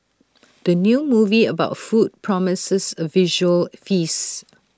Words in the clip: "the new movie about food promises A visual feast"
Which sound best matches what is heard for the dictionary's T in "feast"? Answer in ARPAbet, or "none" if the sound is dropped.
none